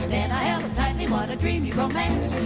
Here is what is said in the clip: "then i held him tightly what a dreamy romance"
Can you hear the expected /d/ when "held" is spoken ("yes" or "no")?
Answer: no